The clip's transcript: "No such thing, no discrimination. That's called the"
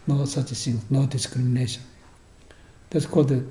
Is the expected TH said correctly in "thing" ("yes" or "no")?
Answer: no